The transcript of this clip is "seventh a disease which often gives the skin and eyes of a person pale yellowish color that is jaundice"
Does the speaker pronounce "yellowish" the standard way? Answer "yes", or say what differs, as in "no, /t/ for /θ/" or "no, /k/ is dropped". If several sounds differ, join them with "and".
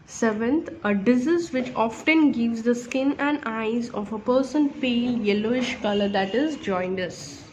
yes